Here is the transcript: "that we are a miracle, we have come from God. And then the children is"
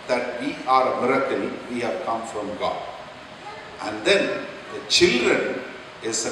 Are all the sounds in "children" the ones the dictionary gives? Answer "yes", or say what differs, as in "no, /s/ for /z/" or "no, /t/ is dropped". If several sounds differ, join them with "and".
yes